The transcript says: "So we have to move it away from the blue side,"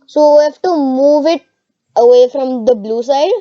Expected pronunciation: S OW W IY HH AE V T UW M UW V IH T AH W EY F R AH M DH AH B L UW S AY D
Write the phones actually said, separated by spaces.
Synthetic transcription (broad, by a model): S OW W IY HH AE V T UW M UW V IH T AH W EY F R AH M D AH B L UW S AY D